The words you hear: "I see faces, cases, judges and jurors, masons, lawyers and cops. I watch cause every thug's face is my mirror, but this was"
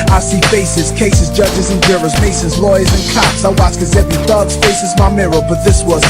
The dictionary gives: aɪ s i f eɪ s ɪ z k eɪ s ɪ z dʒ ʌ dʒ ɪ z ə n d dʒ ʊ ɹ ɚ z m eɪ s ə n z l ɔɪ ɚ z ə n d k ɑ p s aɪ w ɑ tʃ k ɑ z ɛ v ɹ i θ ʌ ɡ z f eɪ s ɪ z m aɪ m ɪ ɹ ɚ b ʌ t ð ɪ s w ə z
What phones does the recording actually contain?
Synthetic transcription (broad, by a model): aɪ s i f eɪ s ɪ z k eɪ s ɪ z dʒ ʌ dʒ ɪ z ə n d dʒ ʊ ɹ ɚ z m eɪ s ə z l ɔɪ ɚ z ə n k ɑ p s aɪ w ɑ s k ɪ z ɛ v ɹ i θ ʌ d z f eɪ s ɪ z m aɪ m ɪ ɹ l b ʌ t ð ɪ s w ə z